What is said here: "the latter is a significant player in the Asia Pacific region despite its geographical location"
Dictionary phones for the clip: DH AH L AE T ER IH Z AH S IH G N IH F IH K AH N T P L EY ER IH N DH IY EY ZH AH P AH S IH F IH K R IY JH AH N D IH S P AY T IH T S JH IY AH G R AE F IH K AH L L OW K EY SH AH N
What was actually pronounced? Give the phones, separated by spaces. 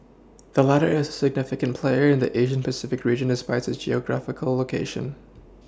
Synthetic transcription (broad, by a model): DH AH L AE T ER IH Z AH S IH G N IH F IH K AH N P L EY ER IH N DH IY EY ZH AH P AH S IH F IH K R IY JH AH N D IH S P AY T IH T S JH IY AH G R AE F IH K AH L L OW K EY SH AH N